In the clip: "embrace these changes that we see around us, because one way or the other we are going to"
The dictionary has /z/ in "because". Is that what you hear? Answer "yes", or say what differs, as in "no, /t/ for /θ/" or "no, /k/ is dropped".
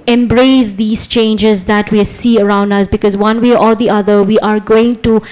yes